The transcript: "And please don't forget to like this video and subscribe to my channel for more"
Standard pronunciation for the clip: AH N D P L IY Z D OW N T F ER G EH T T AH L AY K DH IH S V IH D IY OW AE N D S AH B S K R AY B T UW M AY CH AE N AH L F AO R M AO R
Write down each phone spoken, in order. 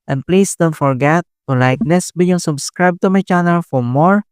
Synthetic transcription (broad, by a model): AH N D P L IY S D OW N T F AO G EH T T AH L AY K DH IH S B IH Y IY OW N S AH B S K R AY B T UW M AY CH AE N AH L F AO R M AO R